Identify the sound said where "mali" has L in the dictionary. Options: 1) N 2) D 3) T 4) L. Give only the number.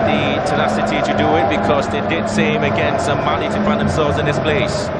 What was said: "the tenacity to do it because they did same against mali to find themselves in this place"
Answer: 1